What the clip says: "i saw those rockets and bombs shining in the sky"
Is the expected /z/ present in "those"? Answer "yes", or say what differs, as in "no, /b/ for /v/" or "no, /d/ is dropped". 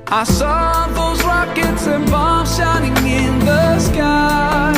yes